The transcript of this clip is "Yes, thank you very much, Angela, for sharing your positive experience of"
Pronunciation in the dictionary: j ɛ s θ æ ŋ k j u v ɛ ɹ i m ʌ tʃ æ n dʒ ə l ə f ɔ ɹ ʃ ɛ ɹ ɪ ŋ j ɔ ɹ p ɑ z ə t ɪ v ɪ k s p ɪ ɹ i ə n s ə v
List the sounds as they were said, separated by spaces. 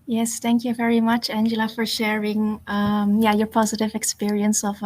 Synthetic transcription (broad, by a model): j ɛ s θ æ ŋ k j u v ɛ ɹ i m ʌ tʃ æ n dʒ ə l ə f ɔ ɹ ʃ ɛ ɹ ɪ ŋ j ɔ ɹ p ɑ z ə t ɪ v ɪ k s p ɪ ɹ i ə n s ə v